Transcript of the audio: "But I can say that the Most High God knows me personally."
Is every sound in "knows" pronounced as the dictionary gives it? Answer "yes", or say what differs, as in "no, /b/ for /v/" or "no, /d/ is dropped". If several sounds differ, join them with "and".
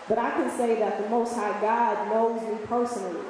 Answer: yes